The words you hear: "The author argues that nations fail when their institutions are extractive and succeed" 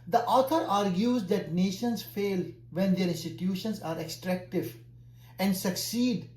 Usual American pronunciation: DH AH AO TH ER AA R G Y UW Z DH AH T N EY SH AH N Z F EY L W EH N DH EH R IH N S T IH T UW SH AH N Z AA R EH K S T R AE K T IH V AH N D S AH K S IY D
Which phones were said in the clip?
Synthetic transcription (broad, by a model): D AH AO T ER AA R G Y UW Z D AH T N EY SH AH N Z F EY L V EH N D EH R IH N S T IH T UW SH AH N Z AA R EH K S T R AE K T IH V AH N D S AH K S IY D